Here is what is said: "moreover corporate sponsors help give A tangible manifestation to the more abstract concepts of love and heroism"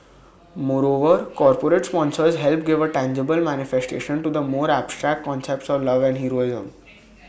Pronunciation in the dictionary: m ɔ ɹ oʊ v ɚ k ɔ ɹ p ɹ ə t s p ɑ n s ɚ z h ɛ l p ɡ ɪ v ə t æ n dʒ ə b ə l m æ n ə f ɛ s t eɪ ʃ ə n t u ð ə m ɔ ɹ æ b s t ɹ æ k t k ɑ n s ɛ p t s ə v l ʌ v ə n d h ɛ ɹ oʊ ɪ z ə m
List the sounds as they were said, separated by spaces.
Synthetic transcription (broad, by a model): m ɔ ɹ oʊ v ɚ k ɔ ɹ p ɹ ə t s p ɑ n s ɚ z h ɛ l p ɡ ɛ v ə t æ n dʒ ə b ə l m æ n ə f ɛ s t eɪ ʃ ə n t u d ə m ɔ ɹ æ b s t ɹ æ k t k ɑ n s ɛ p t s ə v l ʌ v ə n d h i ɹ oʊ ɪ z ə m